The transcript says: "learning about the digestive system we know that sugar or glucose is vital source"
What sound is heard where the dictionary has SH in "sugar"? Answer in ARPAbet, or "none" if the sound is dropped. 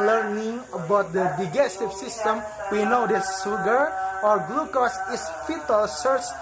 S